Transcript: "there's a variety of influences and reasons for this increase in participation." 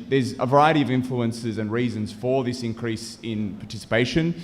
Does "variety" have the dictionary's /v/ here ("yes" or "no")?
yes